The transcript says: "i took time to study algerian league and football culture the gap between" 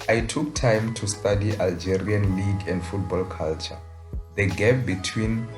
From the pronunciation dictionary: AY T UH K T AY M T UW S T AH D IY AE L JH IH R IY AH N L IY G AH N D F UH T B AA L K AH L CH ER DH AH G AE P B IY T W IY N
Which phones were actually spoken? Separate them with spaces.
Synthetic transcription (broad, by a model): AY T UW K T AY M T UW S T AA D IY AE L JH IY R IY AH N L IY G AH N D F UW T B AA L K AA L CH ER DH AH G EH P B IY T W IY N